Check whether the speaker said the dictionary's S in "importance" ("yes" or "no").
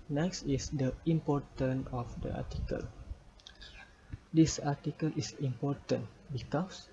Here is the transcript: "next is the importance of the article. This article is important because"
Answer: no